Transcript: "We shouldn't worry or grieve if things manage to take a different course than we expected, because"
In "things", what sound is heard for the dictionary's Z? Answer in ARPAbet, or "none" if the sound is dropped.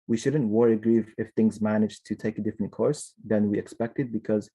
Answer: Z